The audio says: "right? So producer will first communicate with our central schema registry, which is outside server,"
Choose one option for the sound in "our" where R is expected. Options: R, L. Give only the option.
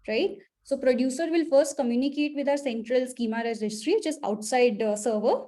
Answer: R